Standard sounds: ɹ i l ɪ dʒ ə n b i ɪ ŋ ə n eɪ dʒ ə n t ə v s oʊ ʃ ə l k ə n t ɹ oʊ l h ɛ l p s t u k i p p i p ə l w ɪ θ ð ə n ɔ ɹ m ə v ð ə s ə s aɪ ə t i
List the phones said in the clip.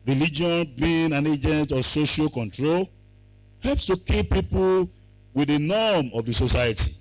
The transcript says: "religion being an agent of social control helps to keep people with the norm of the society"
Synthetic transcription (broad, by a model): ɹ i l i dʒ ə n b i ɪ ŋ ə n eɪ dʒ ə n t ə s oʊ ʃ ə l k ə n t ɹ oʊ l h ɛ l p s t u k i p p i p ə l w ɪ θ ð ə n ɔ m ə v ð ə s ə s aɪ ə t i